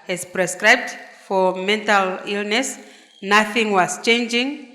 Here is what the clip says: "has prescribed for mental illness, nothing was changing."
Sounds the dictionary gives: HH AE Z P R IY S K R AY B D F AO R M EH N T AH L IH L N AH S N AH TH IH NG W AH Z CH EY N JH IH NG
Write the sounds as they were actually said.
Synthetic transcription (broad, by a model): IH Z P R IY S K R AY B D F AO R M EH N T AH L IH L N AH S N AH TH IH NG W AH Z CH EY N JH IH NG